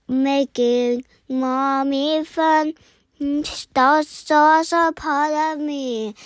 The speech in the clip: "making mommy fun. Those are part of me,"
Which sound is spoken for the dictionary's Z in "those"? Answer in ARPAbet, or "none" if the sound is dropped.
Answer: S